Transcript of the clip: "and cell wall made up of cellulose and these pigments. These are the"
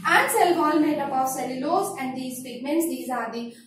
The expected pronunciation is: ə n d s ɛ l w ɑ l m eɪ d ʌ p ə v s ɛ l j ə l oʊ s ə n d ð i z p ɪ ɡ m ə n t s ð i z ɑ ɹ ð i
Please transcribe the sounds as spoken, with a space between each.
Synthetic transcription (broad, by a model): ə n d s ɛ l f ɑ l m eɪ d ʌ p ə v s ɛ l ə l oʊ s ə n d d i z p ɪ ɡ m ə n t s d i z ɑ ɹ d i